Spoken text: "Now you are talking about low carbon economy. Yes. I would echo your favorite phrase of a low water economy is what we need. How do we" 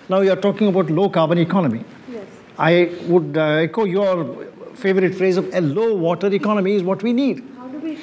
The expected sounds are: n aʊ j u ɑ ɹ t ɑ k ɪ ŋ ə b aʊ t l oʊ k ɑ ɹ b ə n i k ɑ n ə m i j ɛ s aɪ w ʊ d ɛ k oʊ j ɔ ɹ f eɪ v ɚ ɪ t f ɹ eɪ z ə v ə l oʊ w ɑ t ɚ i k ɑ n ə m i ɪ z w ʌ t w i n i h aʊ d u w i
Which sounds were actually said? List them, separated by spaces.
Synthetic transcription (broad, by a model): n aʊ j u ɑ ɹ t ɑ k ɪ ŋ ə b aʊ t l oʊ k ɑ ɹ b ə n i k ɑ n ə m i aɪ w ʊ d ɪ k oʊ j ɔ ɹ f eɪ v ɚ ɪ t f ɹ eɪ z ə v ə l oʊ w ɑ t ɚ i k ɑ n ə m i ɪ z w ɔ t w i n i d